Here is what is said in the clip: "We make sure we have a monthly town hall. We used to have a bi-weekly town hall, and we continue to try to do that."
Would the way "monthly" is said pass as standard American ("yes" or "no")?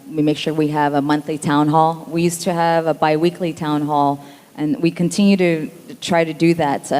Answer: yes